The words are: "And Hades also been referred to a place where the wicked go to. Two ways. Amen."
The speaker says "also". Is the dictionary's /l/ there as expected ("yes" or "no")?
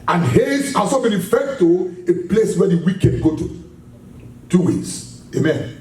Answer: no